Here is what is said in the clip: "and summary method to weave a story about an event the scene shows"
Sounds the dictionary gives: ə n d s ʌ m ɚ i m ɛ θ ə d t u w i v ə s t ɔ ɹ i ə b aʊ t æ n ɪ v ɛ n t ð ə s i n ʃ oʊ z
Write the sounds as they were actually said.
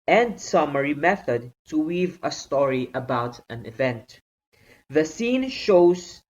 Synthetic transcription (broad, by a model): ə n d s ʌ m ɚ i m ɛ θ ə d t u w i v ə s t ɔ ɹ i ə b aʊ t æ n ɪ v ɛ n t ð ə s i n ʃ oʊ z